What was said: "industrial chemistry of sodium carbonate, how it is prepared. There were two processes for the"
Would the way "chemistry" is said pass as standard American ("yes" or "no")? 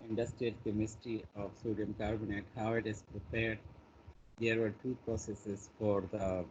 no